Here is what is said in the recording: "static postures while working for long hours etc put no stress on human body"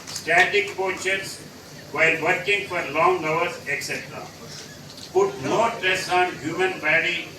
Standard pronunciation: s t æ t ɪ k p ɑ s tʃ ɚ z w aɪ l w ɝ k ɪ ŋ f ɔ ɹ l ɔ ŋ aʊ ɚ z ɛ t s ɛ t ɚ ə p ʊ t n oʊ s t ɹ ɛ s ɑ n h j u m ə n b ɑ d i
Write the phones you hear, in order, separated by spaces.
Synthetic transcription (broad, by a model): s t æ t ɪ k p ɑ tʃ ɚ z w aɪ l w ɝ k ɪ ŋ f ɔ ɹ l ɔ ŋ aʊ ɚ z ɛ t s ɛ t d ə p ʊ t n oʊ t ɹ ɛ s ɑ n h j u m ə n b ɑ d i